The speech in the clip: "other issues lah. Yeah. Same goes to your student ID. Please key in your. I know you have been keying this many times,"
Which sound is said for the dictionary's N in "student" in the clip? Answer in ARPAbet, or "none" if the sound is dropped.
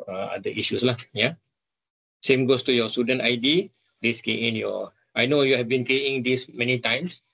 N